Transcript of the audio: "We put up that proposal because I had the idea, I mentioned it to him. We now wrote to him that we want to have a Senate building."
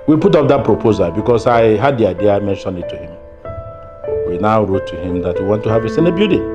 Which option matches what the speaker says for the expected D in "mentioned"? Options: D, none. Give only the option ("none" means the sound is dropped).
none